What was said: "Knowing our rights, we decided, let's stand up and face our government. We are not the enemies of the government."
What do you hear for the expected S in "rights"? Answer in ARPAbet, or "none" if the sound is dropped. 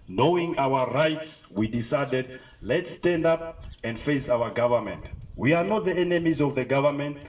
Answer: S